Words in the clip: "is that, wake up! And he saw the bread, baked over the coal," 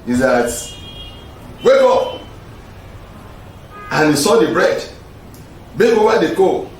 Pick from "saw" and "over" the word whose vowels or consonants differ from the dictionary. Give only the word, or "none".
over